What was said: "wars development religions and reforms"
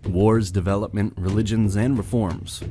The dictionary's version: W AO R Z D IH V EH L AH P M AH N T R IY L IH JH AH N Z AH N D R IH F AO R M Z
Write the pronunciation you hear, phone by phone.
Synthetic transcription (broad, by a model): W AO R Z D IH V EH L AH P M AH N T R IY L IH JH AH N Z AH N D R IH F AO R M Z